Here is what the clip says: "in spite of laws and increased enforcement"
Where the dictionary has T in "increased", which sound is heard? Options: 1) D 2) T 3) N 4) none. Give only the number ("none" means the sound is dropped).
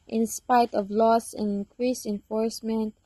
4